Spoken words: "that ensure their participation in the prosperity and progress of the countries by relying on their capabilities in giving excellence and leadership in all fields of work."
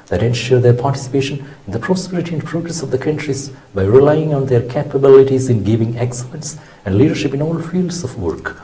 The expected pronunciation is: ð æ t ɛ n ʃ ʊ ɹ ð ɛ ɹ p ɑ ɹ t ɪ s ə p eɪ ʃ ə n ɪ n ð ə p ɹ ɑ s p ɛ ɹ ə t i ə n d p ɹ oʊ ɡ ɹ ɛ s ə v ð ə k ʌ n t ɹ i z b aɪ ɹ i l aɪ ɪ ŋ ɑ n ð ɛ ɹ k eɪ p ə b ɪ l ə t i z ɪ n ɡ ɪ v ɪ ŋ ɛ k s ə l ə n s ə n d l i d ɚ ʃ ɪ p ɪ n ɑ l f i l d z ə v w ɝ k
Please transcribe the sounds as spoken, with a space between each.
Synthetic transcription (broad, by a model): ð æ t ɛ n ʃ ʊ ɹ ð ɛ ɹ p ɑ ɹ t ɪ s ə p eɪ ʃ ə n ɪ n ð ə p ɹ ɑ s p ɛ ɹ ə t i ə n d p ɹ oʊ ɡ ɹ ɛ s ə v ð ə k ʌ n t ɹ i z b aɪ ɹ i l aɪ ɪ ŋ ɑ n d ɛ ɹ k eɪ p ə b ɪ l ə t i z ɪ n ɡ ɪ v ɪ ŋ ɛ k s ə ə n s ə n d l i d ɚ ʃ ɪ p ɪ n ɑ l f i l d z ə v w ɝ k